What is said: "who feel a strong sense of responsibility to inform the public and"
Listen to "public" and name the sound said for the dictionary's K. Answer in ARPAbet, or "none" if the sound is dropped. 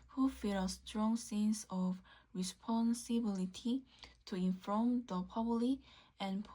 none